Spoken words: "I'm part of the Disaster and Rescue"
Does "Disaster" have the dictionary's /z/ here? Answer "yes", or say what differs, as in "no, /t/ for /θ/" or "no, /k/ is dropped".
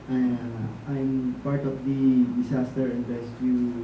no, /s/ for /z/